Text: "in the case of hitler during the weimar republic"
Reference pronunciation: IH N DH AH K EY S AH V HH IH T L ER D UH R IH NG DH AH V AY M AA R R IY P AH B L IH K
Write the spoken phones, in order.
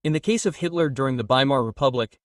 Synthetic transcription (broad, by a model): IH N DH AH K EY S AH V HH IH T L ER D UH R IH NG DH AH B AY M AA R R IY P AH B L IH K